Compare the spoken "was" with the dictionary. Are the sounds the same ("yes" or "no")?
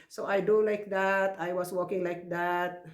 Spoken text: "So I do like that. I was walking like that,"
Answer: no